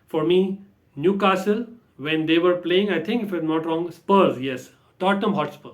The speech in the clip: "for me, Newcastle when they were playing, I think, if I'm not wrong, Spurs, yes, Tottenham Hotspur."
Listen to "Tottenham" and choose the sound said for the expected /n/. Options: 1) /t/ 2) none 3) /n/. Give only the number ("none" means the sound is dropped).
2